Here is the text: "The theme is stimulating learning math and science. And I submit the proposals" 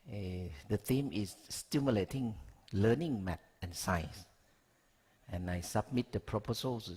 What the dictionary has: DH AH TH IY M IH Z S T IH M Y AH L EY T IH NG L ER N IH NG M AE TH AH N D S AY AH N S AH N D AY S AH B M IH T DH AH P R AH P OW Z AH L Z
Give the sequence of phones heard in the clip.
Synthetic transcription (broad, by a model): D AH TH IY M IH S T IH M Y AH L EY T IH NG L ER N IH NG M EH T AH N S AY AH S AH N AY S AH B M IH T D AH P R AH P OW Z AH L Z